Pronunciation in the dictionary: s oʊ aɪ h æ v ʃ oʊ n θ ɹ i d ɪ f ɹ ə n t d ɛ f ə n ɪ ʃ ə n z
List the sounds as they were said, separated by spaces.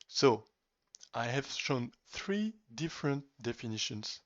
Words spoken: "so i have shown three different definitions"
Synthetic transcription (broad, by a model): s oʊ aɪ h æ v ʃ oʊ n θ ɹ i d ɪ f ɹ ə n t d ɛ f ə n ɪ ʃ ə n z